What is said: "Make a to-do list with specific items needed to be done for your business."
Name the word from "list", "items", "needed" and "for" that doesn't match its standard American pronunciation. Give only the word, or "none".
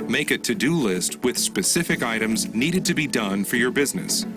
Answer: none